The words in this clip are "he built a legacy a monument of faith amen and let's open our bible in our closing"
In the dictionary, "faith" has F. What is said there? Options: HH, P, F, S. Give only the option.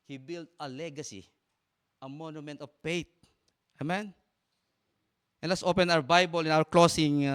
P